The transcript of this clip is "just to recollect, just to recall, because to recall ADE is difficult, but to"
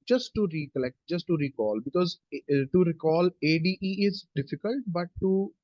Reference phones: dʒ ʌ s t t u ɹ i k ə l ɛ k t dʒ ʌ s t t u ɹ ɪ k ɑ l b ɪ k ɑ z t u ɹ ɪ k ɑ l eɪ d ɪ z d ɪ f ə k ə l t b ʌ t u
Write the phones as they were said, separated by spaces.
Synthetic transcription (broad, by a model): dʒ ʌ s t t u ɹ i k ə l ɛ k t dʒ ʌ s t t u ɹ ɪ k ɑ l b ɪ k ɑ z t u ɹ ɪ k ɑ l eɪ d ɪ z d ɪ f ə k ə l t b ʌ t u